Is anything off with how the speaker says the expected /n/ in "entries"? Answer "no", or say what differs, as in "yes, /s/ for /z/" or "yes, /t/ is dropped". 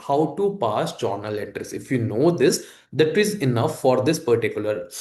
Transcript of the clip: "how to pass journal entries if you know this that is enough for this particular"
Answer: yes, /n/ is dropped